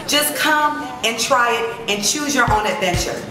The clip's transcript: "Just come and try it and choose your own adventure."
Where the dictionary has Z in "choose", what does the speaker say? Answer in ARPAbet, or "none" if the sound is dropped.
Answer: Z